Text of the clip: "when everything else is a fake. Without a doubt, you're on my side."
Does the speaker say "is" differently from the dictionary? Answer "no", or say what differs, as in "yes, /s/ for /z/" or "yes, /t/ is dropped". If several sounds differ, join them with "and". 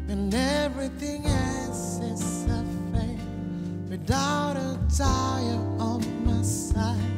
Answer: yes, /s/ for /z/